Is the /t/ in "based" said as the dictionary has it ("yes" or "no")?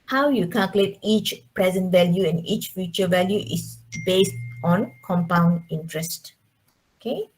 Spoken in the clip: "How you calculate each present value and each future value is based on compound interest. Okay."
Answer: yes